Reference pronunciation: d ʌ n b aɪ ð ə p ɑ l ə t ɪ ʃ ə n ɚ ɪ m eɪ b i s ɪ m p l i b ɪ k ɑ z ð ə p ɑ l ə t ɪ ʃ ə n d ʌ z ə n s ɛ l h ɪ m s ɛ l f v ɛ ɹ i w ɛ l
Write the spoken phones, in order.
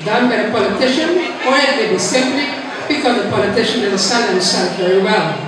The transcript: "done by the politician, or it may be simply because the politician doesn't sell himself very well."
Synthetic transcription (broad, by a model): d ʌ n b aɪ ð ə p ɑ l ə t ɪ ʃ ə n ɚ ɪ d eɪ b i s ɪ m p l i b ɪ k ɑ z ð ə p ɑ l ə t ɪ ʃ ə n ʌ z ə s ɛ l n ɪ s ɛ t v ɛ ɹ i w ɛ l